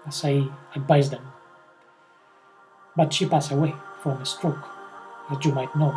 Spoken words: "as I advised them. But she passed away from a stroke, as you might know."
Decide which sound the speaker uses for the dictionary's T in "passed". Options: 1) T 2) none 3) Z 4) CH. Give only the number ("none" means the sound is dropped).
2